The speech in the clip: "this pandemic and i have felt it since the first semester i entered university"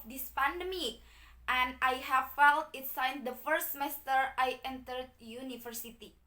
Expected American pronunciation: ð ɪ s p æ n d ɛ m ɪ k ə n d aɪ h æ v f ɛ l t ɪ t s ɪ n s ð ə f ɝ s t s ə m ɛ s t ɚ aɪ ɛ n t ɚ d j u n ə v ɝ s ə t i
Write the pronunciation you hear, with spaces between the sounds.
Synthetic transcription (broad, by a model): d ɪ s p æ n d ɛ m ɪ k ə n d aɪ h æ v f ɛ l t ɪ t s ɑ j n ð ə f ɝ t s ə m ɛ s t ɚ aɪ ɛ n t ɚ d j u n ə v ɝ s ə t i